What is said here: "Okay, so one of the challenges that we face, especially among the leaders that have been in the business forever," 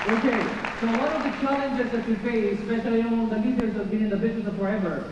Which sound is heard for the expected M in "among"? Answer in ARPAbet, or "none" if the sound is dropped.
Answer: none